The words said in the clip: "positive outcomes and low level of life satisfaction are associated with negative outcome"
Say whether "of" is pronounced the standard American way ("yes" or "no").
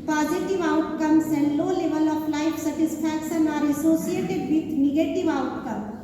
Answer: no